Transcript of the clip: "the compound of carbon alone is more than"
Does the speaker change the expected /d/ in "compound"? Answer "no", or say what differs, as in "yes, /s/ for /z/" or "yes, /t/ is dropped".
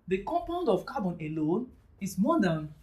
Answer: no